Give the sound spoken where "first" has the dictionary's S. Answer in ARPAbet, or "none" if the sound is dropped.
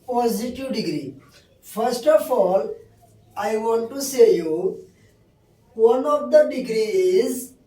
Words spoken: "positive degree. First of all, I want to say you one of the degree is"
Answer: S